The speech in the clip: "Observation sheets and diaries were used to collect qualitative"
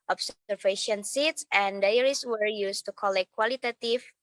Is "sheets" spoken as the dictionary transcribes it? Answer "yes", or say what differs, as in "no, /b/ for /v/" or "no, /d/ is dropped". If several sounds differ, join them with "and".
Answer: no, /s/ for /ʃ/